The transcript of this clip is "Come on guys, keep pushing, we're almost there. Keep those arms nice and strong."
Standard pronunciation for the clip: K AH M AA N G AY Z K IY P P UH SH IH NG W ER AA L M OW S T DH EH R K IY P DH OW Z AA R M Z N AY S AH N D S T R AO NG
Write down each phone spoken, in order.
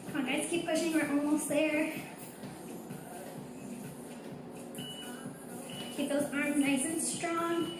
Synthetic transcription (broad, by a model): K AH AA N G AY S K IY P P UH SH IH NG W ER AA L M OW S T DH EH R K IY P DH OW Z AA R M Z N AY S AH N S T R AO NG